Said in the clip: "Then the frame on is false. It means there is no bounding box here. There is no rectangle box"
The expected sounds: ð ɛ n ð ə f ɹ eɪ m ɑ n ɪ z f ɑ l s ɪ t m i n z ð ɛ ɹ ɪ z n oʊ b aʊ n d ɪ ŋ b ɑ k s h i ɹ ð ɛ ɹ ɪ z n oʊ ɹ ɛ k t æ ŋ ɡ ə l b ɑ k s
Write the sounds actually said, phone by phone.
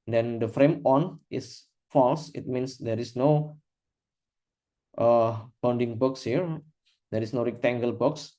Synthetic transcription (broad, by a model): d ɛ n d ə f ɹ eɪ m ɑ n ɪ s f ɑ l s ɪ t m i n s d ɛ ɹ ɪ s n oʊ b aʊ n d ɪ ŋ b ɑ k s h i ɹ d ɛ ɹ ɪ s n oʊ ɹ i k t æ ŋ ɡ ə l b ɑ k s